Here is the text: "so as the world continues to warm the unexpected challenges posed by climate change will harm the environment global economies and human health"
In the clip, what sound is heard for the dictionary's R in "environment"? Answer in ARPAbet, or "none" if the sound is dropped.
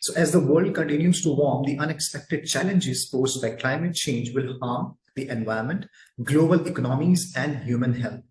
none